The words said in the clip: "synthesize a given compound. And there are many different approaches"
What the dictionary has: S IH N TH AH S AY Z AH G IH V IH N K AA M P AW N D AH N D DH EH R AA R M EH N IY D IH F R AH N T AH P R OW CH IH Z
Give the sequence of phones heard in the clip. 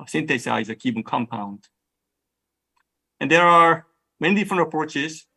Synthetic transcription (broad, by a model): S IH N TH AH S AY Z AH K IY P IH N K AA M P AW N D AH N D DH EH R AA R M EH N IY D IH F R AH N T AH P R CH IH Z